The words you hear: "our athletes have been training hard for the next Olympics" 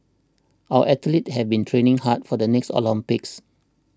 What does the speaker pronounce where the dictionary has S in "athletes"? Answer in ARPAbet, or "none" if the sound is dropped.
none